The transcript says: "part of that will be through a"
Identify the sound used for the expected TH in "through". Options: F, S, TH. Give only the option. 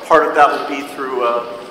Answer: TH